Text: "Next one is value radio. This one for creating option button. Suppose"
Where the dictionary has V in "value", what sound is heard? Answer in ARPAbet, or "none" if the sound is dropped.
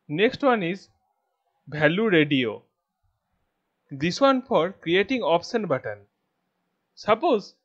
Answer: B